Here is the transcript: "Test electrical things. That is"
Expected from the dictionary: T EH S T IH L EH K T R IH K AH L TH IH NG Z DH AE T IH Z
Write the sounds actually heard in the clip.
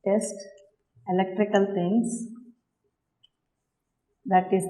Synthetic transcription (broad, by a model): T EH S T IH L EH K T R IH K AH L T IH NG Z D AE T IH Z